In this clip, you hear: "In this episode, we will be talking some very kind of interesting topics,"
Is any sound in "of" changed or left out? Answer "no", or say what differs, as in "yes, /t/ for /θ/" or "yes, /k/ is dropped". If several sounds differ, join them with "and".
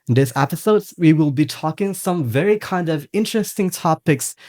no